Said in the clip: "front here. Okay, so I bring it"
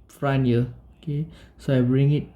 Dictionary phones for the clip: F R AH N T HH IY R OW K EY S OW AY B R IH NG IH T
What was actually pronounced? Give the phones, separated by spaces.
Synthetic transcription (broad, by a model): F R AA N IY L OW K EY S OW AY B R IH NG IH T